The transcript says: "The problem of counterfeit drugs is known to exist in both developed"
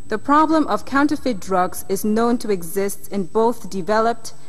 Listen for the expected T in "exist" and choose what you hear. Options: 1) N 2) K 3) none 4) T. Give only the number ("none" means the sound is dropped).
4